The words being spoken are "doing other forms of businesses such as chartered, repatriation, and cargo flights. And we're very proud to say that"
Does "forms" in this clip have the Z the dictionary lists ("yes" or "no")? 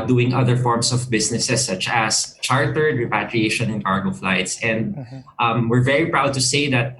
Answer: no